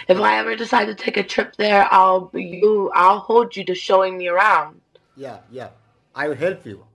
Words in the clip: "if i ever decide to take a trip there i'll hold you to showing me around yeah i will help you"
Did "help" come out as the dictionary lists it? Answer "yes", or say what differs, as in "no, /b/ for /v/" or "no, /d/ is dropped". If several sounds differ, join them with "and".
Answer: no, /f/ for /p/